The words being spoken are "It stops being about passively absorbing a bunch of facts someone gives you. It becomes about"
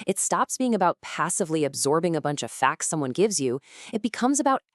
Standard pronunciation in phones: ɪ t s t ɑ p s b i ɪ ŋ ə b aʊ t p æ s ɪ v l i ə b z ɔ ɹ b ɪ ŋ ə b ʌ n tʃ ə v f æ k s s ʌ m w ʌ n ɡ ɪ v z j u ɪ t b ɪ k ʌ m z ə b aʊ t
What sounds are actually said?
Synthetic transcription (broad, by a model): ɪ t s t ɑ p s b i ɪ ŋ ə b aʊ t p æ s ɪ v l i ə b z ɔ ɹ b ɪ ŋ ə b ʌ n tʃ ə v f æ k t s ʌ m w ʌ n ɡ ɪ v z j u ɪ t b ɪ k ʌ m z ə b aʊ t